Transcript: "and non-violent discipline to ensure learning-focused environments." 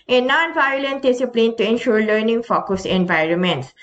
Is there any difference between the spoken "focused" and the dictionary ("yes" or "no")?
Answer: yes